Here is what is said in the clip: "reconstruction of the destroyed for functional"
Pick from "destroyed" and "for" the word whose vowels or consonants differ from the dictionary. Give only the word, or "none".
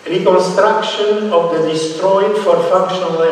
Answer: none